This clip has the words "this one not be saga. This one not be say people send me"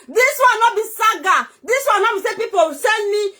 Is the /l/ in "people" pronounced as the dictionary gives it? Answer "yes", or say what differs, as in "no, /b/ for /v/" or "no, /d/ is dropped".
no, /w/ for /l/